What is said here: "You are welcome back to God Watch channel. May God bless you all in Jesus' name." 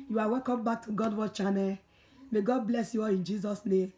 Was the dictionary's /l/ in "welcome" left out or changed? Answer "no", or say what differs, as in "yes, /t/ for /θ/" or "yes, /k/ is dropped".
yes, /l/ is dropped